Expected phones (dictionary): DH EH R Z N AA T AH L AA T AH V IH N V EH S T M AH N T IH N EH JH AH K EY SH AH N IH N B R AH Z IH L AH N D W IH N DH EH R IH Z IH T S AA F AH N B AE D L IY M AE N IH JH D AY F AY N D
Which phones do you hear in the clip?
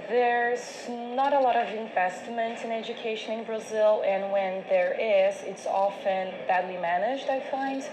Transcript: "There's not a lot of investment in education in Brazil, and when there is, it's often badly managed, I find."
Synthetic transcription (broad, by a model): DH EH R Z N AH T AH L AA T AH V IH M V EH S T M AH N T IH N EH JH AH K EY SH AH N IH N B R AH Z IH L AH N W IH N DH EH R IH Z IH T S AA F AH N B AE D L IY M AE N IH JH D AY F AY N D